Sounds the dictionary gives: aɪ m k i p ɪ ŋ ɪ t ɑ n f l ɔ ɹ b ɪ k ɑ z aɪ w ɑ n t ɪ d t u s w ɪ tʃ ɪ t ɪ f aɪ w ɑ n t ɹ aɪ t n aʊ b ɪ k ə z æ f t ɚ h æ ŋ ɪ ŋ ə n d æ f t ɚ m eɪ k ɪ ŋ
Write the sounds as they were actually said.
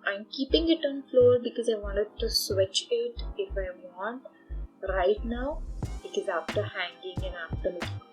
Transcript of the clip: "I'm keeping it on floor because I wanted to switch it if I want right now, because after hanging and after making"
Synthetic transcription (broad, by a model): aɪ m k i p ɪ ŋ ɪ t ɑ n f l ɔ ɹ b ɪ k ɑ z aɪ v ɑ n t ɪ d t u s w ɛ tʃ ɪ t ɪ f aɪ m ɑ n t ɹ aɪ t n aʊ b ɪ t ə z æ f t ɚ h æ ŋ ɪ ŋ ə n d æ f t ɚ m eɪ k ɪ